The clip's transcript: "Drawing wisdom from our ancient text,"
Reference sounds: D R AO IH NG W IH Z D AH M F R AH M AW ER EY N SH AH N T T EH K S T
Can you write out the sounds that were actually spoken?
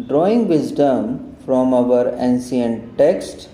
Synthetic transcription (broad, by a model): D R AO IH NG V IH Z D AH M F R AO M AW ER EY N S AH N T T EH K S T